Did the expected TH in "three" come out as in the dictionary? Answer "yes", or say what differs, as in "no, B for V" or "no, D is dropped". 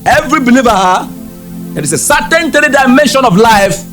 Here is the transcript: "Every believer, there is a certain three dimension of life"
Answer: no, T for TH